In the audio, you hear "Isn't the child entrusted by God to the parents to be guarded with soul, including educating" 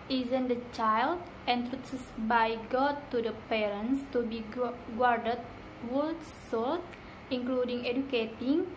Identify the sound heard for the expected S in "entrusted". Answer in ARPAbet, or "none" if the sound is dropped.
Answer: none